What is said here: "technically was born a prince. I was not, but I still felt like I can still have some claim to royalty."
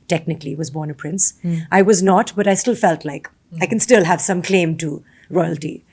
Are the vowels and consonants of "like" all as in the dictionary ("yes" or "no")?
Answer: yes